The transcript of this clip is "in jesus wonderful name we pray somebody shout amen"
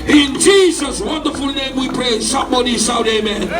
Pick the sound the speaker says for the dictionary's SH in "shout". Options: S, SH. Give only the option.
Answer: S